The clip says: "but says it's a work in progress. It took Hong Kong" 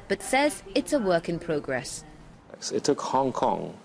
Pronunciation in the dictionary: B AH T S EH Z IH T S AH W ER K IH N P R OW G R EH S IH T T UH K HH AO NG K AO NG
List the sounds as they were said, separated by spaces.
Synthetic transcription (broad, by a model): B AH T S EH Z IH T S AH W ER K IH N P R OW G R EH S IH T T UH K HH AO NG K AO NG